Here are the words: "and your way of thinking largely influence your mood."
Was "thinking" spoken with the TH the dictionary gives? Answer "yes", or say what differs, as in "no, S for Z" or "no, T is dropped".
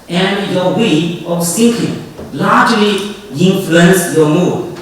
no, S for TH